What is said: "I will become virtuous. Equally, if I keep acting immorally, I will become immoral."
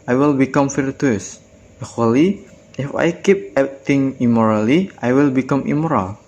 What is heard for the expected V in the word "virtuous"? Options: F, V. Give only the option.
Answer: F